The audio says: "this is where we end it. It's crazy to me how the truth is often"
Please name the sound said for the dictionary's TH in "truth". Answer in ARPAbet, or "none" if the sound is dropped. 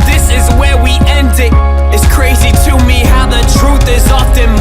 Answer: TH